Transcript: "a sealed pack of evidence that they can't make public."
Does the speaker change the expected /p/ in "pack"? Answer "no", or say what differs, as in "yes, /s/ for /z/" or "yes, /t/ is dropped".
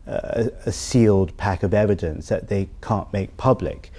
no